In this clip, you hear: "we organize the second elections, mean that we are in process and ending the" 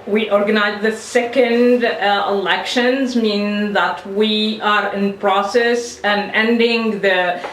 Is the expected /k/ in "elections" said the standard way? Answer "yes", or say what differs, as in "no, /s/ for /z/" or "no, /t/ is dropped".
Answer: yes